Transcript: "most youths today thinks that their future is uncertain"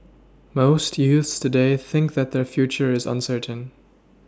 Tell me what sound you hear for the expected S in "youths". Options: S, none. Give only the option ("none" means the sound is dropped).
S